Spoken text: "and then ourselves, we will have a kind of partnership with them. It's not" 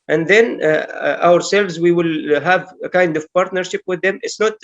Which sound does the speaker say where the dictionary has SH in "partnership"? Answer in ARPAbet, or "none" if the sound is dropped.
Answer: SH